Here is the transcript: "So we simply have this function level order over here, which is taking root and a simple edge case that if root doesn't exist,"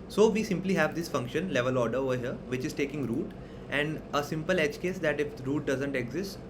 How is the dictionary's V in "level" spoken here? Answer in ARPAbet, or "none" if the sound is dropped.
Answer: V